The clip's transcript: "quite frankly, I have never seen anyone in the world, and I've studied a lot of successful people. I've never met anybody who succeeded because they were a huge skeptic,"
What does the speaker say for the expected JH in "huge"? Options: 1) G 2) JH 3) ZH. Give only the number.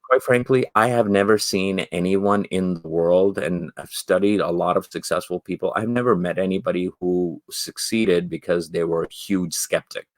3